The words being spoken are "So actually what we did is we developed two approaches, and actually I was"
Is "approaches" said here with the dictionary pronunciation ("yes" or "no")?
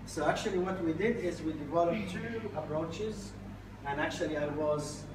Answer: yes